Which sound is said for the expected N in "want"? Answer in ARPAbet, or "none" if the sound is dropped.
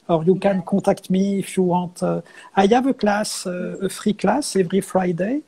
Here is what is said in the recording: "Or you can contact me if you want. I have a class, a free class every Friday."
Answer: none